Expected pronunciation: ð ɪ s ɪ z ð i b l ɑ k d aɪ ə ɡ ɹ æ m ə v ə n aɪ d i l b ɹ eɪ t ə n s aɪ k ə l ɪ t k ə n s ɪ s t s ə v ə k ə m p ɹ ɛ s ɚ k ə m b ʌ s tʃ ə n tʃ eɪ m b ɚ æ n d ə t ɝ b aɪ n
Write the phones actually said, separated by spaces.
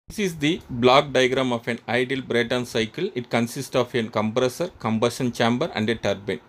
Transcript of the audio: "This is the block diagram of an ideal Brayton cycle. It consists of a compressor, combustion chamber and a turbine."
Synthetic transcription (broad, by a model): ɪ s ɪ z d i b l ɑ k d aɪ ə ɡ ɹ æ m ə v ə n aɪ d i l b ɹ eɪ t ə n s aɪ k ə l ɪ t k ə n s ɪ s t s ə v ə k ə m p ɹ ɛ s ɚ k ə m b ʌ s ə n tʃ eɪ m b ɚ æ n d ə t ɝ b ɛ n